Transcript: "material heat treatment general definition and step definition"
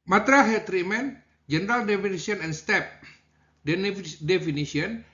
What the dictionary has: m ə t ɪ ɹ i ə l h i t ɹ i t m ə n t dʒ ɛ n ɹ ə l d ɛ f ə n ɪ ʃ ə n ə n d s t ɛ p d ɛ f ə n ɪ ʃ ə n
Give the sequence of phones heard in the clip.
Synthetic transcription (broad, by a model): m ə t ɹ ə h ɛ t ɹ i m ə n dʒ ɛ n ɹ ə l d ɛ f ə n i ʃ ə n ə n s t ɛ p d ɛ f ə n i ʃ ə n